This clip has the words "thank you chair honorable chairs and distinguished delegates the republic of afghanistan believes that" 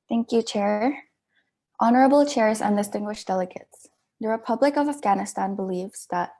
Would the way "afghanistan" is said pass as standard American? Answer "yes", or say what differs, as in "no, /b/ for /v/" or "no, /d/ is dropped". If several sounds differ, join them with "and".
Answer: yes